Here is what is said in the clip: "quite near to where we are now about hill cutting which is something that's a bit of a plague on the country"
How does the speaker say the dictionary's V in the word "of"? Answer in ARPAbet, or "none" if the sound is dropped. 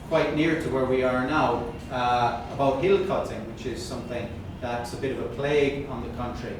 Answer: V